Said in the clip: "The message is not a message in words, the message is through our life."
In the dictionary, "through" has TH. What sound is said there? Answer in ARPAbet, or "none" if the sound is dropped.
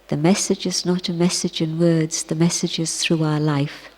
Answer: TH